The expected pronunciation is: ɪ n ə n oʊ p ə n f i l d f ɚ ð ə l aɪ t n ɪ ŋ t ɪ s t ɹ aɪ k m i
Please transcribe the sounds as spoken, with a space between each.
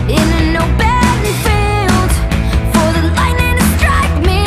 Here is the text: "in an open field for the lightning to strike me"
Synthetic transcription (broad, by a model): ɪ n ə n oʊ b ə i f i l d f ɚ ð ə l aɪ n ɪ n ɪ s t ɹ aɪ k m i